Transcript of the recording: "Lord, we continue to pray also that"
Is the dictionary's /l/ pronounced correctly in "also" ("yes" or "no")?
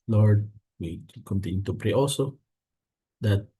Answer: no